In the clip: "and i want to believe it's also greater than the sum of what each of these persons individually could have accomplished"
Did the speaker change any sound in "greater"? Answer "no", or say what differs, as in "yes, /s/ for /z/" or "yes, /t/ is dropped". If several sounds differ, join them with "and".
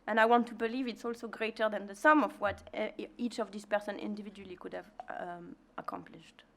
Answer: no